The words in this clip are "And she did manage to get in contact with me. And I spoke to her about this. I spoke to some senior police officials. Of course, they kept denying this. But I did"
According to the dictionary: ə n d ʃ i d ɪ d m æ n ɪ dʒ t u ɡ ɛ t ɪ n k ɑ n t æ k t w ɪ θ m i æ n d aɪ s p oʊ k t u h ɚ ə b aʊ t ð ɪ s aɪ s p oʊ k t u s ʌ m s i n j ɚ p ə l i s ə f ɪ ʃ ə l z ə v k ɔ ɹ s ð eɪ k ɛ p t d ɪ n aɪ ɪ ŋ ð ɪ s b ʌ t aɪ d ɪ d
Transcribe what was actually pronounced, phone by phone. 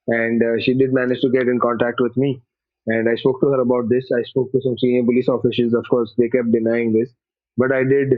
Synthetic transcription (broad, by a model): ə n d ʃ i d ɪ d m æ n ɪ dʒ t u ɡ ɛ t ɪ n k ɑ n t æ k t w ɪ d m i æ n d aɪ s p oʊ k t u h ɚ ə b aʊ t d ɪ s aɪ s p oʊ k t u s ʌ m s i n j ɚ p ə l i s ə f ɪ s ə z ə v k ɔ ɹ s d eɪ k ɛ p t d ɪ n aɪ ɪ ŋ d ɪ s b ʌ t aɪ d ɪ d